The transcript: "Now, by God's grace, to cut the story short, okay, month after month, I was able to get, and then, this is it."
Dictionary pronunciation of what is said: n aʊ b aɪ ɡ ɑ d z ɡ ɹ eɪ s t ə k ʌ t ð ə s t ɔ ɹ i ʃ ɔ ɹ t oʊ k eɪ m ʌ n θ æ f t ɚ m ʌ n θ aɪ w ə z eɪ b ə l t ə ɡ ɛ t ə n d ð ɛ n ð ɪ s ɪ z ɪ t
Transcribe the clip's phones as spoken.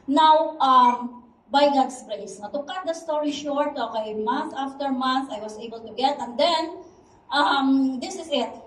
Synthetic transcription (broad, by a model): n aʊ b aɪ ɡ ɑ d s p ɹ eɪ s t ə k ʌ t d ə s t ɔ ɹ i ʃ ɔ ɹ t oʊ k eɪ m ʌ n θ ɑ f t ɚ m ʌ n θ aɪ w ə s eɪ b ə l t ə ɡ ɛ t ə n d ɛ n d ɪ s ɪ s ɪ t